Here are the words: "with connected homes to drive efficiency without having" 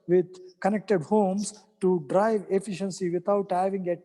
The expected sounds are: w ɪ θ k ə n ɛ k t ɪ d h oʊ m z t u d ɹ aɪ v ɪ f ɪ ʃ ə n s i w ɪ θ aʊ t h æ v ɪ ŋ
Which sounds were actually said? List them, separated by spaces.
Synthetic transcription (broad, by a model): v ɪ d k ə n ɛ k t ɪ d h oʊ m s t u d ɹ aɪ v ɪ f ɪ ʃ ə n s i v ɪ t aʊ t h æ v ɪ ŋ